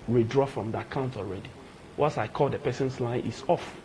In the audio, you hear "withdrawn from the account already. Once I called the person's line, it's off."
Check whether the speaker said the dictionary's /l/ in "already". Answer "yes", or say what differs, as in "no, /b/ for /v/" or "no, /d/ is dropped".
yes